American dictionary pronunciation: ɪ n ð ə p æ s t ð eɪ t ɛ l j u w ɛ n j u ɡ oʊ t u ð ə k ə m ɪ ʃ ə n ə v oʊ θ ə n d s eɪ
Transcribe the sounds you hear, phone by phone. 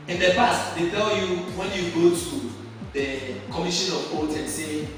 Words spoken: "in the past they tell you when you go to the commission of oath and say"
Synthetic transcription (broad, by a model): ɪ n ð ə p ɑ s t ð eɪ t ɛ l j u w ɛ n j u ɡ oʊ t u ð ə k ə m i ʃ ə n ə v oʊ t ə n s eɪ